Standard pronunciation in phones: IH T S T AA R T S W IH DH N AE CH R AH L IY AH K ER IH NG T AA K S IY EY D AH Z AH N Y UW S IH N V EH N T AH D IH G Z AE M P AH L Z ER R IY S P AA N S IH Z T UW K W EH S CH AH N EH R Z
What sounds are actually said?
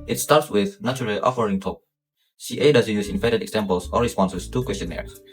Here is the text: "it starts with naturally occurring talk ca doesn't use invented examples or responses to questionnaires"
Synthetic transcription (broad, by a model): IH T S T AA R T S W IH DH N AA CH R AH L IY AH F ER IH NG T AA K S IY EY D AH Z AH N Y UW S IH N F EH T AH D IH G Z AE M P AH L S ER R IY S P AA N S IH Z T UW K W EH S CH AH N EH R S